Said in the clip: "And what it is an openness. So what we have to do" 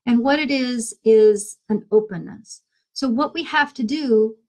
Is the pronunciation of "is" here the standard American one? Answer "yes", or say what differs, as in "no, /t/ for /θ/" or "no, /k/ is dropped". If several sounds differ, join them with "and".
yes